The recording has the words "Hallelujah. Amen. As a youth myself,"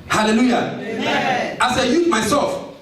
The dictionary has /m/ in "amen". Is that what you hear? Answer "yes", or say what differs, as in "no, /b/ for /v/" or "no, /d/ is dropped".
no, /m/ is dropped